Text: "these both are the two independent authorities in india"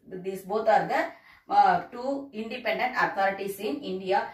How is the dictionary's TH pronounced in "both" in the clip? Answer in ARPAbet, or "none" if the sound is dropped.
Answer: T